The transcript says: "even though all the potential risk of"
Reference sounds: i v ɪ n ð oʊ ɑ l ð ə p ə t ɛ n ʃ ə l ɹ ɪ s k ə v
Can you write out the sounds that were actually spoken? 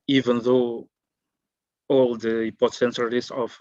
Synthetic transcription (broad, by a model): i v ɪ n ð oʊ ɑ l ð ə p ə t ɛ n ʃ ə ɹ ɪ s ə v